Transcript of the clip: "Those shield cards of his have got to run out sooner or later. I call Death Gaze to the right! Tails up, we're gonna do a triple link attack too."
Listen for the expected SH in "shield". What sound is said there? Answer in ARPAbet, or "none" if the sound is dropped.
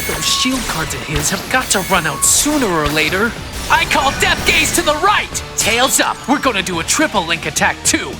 SH